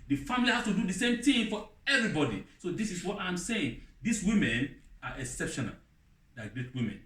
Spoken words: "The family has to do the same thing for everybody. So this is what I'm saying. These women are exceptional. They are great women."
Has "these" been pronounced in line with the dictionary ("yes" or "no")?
no